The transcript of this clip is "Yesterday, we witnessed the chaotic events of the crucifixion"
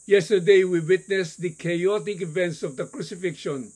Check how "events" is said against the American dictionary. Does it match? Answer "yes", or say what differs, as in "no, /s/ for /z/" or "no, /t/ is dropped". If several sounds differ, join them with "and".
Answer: yes